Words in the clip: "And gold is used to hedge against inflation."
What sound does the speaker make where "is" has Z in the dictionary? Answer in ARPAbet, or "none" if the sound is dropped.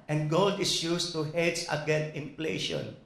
S